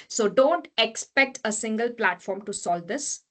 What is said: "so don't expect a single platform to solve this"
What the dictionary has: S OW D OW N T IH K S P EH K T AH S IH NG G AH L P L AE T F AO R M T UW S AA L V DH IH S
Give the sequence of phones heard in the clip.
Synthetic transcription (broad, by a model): S OW D OW N T IH K S P EH K T AH S IH NG G AH L P L AE T F AO R M T UW S AA L V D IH S